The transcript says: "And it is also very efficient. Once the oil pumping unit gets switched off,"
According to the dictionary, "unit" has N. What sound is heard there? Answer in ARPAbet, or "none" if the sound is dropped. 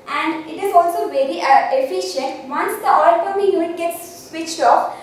none